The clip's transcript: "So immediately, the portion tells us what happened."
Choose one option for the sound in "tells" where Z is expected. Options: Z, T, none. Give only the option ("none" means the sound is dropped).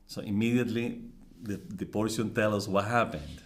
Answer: none